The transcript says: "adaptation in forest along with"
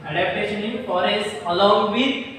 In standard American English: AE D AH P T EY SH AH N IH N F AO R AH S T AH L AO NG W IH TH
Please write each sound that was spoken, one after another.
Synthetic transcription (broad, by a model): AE D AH P T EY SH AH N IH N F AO R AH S AH L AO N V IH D